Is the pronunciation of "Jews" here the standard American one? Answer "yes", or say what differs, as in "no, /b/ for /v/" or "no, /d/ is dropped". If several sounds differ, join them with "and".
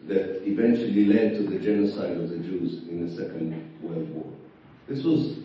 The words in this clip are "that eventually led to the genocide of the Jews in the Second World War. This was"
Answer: yes